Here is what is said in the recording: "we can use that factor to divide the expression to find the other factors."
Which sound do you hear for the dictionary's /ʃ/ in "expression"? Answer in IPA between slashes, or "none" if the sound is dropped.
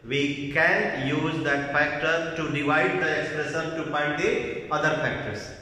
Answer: /s/